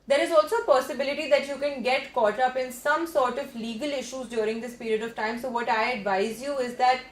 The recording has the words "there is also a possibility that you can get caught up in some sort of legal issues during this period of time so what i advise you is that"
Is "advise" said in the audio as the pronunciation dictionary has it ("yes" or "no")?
yes